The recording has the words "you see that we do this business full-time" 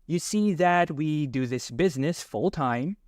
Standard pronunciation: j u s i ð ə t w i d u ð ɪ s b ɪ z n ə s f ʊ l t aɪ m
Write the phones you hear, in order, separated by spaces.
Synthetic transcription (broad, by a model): j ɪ s i ð ə t w i d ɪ ð ɪ s b ɪ z n ə s f ʊ l t aɪ m